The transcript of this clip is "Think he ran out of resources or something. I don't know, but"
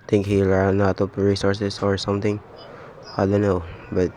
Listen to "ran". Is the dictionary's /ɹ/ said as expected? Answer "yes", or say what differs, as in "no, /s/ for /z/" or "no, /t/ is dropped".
no, /l/ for /ɹ/